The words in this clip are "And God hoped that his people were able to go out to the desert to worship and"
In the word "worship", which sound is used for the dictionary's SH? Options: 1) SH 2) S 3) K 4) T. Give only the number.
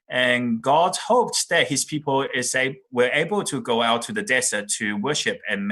1